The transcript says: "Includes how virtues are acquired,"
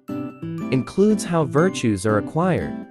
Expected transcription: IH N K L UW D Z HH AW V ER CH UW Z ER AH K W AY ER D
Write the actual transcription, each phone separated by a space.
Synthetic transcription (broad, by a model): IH N K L UW D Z HH AW V ER CH UW Z ER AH K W AY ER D